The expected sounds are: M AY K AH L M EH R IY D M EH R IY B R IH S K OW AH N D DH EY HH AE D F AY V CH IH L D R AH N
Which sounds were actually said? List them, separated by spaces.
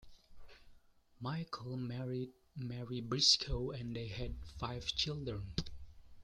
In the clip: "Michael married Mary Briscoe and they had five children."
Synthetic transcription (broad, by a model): M AY K AH L M EH R IY D M EH R IY B R IH S K OW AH N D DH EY HH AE D F AY V CH IH L D R AH N